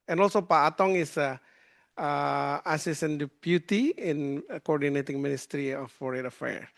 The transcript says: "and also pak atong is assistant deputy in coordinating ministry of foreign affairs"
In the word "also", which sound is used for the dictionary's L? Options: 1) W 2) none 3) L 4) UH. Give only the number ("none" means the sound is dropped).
3